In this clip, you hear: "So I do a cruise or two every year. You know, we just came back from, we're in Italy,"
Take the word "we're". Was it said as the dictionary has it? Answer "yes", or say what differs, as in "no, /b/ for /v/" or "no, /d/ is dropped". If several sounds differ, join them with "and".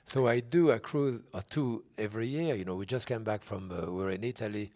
yes